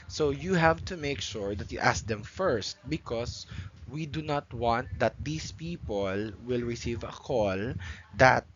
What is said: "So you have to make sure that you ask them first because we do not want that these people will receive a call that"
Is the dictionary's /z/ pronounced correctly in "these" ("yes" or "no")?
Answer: no